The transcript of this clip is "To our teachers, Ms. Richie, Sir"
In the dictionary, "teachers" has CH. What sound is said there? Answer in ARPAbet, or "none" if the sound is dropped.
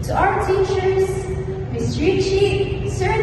CH